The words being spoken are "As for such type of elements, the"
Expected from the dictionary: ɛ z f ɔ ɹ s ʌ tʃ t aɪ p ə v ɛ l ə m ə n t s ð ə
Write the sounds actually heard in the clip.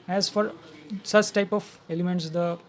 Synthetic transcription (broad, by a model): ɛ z f ɔ ɹ s ʌ tʃ t aɪ p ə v ɛ l ə m ə n t s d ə